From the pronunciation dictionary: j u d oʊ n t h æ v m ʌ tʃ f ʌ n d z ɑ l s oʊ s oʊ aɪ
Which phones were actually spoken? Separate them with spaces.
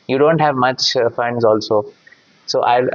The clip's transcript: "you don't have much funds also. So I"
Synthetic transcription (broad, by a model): j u d oʊ n t h æ v m ʌ tʃ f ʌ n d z ɑ l s oʊ s oʊ aɪ